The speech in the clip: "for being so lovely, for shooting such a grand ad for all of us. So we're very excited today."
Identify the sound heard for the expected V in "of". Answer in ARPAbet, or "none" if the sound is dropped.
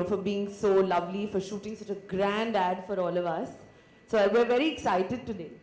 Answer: V